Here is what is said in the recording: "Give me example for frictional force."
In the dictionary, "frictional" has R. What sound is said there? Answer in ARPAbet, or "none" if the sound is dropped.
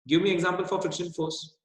none